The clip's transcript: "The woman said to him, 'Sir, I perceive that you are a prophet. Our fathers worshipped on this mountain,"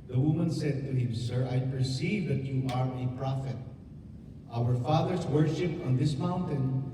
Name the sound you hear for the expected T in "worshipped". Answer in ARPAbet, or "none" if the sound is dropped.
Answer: none